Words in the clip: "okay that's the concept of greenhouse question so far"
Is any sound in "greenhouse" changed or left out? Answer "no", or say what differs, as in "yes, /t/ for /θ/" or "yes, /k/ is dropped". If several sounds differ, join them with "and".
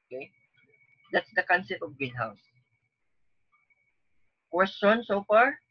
yes, /ɹ/ is dropped